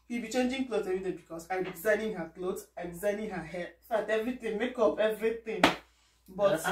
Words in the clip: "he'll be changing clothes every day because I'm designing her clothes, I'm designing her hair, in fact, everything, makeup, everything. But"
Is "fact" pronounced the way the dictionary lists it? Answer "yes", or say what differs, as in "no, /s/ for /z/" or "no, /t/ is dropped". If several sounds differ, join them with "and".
no, /k/ is dropped